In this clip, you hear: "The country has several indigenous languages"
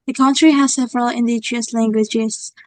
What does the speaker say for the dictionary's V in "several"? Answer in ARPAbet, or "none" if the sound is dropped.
V